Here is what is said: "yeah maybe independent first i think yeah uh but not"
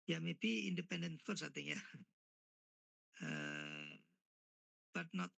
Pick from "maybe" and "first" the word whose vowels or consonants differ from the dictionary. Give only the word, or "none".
first